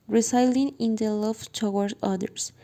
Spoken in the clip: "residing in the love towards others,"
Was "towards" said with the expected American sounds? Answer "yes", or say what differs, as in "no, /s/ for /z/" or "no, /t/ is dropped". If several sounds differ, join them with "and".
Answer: no, /z/ is dropped